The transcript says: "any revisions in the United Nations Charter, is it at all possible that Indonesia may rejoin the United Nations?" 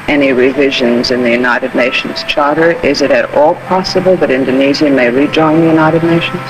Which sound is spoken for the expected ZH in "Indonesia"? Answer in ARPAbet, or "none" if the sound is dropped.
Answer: Z